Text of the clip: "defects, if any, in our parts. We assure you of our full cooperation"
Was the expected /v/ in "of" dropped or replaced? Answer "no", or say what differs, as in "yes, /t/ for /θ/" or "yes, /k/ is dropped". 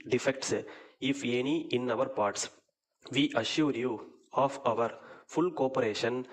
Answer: no